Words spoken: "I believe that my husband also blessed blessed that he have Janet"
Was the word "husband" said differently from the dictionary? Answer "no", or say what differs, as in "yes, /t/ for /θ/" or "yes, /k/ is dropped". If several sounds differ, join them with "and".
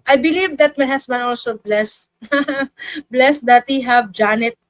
yes, /s/ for /z/ and /d/ is dropped